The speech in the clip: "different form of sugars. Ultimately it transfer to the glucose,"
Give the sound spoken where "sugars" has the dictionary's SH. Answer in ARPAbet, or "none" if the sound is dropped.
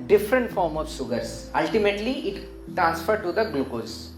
S